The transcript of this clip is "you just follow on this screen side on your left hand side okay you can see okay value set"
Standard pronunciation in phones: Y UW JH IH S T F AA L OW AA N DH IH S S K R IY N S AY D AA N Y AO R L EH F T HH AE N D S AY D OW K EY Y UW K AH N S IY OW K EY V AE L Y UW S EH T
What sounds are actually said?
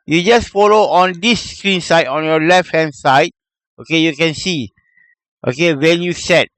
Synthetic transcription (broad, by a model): Y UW JH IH S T F AA L OW AA N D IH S S K R IY N S AY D AA N Y AO L EH F T HH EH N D S AY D OW K EY Y UW K AH N S IY OW K EY W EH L Y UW S EH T